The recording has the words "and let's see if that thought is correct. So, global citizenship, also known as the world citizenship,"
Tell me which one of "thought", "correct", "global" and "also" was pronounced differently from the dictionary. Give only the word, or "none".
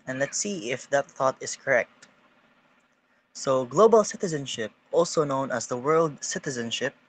none